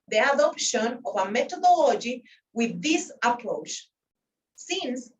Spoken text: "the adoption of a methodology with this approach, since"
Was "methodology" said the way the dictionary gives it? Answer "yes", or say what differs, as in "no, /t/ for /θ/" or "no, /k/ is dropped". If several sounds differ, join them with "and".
no, /t/ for /θ/